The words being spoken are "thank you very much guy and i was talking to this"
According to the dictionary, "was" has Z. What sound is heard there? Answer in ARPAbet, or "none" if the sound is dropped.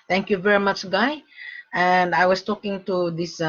S